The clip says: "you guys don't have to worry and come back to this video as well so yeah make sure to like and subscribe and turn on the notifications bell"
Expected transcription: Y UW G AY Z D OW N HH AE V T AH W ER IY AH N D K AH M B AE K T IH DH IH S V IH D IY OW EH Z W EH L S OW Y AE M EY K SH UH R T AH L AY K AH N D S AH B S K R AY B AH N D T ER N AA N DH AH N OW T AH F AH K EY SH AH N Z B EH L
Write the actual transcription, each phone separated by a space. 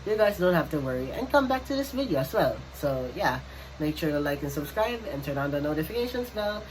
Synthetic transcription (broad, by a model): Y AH G AY Z D OW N HH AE F T AH W ER IY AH N K AH M B AE K T IH DH IH S V IH D IY OW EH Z W EH L S OW Y AE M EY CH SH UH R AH L AY K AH N S AH B S K R AY B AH N T ER N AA N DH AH N OW T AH F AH K EY SH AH N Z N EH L